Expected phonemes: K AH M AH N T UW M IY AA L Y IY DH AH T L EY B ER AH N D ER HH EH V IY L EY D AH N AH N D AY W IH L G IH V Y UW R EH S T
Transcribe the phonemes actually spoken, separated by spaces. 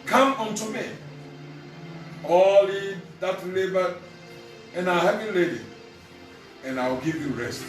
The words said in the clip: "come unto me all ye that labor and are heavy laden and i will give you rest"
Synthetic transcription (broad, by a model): K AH M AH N T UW M IY AA L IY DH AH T L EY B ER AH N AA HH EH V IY L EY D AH AH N AY W IH L G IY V Y UW R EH S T